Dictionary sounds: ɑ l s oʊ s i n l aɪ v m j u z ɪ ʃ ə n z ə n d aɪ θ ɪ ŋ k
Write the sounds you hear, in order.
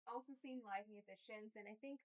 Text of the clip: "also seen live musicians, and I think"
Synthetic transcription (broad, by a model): ɑ l s oʊ s i n l aɪ v m j u z ɪ ʃ ə n z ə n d aɪ θ ɪ ŋ k